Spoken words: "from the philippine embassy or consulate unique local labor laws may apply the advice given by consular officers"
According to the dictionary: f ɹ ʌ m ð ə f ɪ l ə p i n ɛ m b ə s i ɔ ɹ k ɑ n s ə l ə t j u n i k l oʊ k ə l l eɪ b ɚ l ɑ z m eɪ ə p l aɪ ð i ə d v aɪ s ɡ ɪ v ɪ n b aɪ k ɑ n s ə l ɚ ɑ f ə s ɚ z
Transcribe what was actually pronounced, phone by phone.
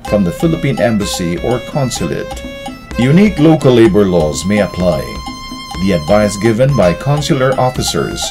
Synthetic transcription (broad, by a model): f ɹ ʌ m ð ə f ɪ l ə p i n ɛ m b ə s i ɔ ɹ k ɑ n s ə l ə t j u n i k l oʊ k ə l l eɪ b ɚ l ɑ z m eɪ ə p l aɪ ð i ə d v aɪ s ɡ ɪ v ɪ n b aɪ k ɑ n s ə l ɚ ɑ f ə s ɚ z